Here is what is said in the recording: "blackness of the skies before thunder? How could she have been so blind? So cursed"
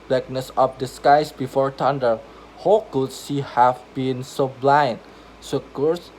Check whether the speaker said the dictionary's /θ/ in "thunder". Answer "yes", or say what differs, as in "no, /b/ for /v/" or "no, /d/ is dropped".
no, /t/ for /θ/